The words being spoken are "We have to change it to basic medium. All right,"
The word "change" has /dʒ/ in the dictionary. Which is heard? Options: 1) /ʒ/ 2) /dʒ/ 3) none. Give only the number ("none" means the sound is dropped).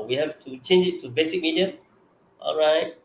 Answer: 2